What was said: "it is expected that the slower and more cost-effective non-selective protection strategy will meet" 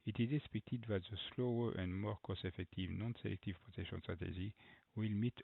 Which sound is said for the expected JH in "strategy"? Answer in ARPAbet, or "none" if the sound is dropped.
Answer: ZH